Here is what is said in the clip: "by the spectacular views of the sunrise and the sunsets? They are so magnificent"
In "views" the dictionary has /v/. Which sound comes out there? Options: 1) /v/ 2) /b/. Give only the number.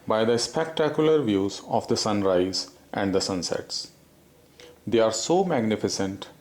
1